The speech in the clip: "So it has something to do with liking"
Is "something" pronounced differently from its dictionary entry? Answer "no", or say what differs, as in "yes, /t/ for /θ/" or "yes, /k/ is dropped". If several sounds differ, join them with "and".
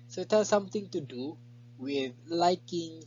yes, /t/ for /θ/